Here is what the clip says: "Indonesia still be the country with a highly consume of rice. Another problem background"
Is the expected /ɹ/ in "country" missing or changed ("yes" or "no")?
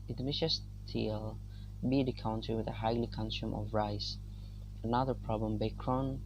yes